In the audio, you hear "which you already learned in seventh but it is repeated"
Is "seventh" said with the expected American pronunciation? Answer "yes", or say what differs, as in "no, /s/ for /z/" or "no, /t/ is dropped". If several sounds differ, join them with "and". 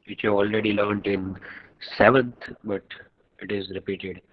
no, /t/ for /θ/